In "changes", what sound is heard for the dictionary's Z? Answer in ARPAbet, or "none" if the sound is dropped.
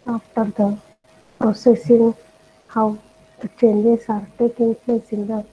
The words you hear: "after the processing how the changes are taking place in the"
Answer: S